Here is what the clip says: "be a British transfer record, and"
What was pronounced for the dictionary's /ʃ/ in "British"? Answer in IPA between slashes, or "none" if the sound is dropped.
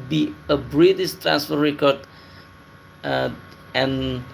/s/